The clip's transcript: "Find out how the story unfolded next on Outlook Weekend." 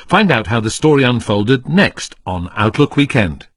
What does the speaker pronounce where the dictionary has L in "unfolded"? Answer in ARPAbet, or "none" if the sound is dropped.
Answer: L